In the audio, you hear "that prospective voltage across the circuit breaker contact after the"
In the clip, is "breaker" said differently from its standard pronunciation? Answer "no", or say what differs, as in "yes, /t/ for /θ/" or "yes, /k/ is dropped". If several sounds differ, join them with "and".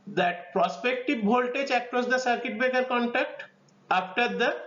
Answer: yes, /ɹ/ is dropped